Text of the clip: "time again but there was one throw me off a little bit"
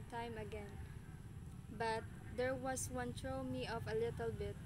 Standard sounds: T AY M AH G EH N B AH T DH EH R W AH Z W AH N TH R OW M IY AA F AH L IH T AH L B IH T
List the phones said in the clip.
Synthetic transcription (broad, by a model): T AY M AH G EH N B AH T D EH R W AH S W AH N T R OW M IY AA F AH L IH T AH L B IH T